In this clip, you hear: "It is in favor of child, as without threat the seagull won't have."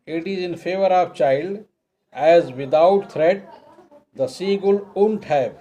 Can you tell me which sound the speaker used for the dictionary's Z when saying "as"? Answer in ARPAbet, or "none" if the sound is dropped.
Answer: Z